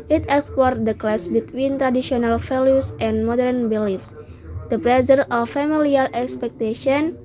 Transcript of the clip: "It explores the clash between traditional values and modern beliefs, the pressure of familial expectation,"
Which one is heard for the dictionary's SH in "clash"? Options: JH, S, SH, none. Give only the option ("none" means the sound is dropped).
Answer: S